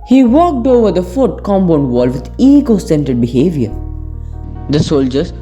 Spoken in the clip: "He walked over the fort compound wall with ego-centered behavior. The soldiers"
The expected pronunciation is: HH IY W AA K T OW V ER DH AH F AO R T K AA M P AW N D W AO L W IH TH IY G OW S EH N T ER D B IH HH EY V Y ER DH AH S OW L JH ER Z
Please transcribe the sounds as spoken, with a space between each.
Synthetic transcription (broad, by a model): HH IY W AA K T OW V ER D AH F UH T K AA M B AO N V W AO L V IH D IY G OW S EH N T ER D B IH HH EY V Y ER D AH S OW L JH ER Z